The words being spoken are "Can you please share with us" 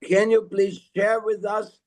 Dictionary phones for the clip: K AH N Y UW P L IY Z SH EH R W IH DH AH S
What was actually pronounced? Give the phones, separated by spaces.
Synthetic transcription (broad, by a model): K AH N Y UW P L IY Z SH EH R W IH DH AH S